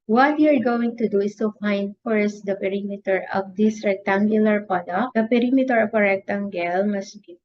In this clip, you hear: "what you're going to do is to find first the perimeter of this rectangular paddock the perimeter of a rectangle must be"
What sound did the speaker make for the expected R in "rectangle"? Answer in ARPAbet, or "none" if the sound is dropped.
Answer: R